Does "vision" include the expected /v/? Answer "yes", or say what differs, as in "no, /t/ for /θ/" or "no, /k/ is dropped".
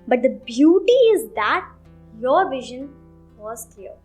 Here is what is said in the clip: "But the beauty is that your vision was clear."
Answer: yes